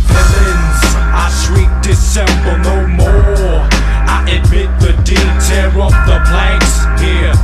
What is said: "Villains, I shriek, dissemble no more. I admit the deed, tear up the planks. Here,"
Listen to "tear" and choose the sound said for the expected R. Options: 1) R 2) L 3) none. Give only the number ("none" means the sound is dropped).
2